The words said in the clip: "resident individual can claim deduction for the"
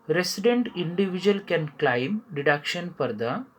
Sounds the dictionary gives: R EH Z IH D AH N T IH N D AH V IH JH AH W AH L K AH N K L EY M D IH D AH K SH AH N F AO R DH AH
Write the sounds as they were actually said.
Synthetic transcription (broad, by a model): R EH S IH D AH N T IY N D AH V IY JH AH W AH L K AH N K L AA M D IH D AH K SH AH N P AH R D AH